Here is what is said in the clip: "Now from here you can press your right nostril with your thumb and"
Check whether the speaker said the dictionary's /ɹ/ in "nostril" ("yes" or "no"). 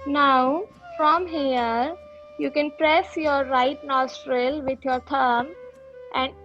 yes